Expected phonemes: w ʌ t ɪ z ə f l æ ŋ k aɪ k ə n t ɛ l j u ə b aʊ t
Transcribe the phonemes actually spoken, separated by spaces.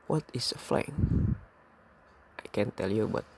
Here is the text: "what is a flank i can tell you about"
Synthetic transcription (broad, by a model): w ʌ t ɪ s ə f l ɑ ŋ aɪ k ə n t ɛ l j u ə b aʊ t